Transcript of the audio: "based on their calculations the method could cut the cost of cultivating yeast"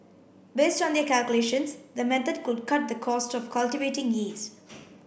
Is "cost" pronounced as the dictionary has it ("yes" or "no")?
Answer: yes